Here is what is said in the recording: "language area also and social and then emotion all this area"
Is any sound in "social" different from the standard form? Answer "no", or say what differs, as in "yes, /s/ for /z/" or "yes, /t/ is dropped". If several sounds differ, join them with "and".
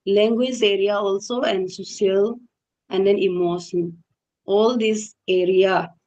yes, /ʃ/ is dropped